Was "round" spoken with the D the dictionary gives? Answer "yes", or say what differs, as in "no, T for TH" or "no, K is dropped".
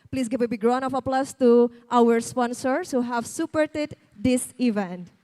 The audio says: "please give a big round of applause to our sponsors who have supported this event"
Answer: no, D is dropped